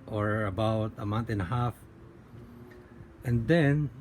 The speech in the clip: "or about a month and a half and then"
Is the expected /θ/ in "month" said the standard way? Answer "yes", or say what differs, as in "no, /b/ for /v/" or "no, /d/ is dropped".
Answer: no, /t/ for /θ/